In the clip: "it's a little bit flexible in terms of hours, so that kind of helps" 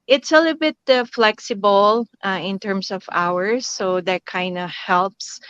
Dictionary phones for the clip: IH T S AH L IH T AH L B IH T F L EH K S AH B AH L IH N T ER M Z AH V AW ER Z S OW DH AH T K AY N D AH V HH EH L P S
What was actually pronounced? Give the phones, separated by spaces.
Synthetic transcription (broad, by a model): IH T S AH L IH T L B IH T F L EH K S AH B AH L IH N T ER M S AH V AW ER S OW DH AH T K AY N D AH HH EH L P S